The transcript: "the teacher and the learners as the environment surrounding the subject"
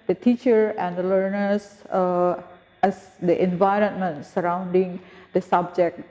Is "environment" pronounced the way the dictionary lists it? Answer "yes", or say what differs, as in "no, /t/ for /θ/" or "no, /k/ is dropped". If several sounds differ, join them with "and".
yes